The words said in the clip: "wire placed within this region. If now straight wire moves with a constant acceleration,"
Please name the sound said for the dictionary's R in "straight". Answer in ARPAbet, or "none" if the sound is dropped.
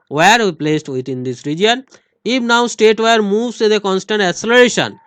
none